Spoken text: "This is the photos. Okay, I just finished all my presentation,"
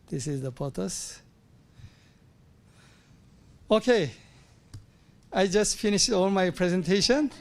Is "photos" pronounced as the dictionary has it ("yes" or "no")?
no